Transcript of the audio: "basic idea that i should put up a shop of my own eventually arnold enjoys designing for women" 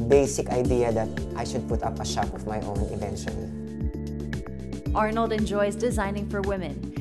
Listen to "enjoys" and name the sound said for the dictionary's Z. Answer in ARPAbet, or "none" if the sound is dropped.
Z